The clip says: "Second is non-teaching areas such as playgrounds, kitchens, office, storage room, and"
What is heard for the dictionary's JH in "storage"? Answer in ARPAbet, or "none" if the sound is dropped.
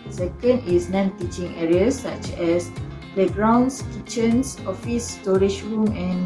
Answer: SH